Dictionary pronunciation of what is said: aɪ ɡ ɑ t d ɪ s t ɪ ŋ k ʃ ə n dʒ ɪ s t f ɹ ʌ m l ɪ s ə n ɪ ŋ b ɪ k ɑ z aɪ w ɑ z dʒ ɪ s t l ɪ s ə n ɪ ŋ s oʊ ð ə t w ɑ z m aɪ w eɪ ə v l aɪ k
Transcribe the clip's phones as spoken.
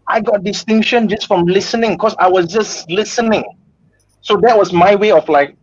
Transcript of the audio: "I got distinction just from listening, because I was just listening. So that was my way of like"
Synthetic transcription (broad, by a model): aɪ ɡ ɑ t d ɪ s t ɪ ŋ k ʃ ə n dʒ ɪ s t f ɹ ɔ m l ɪ s ə n ɪ ŋ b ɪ k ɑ s aɪ w ɑ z dʒ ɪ s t l ɪ s ə n ɪ ŋ s oʊ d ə t w ɑ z m aɪ w eɪ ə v l aɪ k